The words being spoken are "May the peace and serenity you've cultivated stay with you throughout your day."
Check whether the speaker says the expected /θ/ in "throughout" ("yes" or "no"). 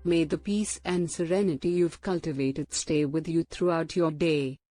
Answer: no